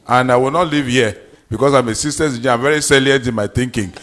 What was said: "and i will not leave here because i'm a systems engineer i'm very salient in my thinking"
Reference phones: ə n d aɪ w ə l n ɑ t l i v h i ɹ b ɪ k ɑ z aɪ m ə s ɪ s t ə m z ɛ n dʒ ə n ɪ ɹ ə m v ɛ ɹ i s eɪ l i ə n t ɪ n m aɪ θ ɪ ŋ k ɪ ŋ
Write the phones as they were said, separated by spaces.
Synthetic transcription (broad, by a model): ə n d aɪ w ə l n ɑ t l i v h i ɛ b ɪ k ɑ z aɪ m ə s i s t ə z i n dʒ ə ə m v ɛ ɹ i s eɪ l i ə n t ɪ n m aɪ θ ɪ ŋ k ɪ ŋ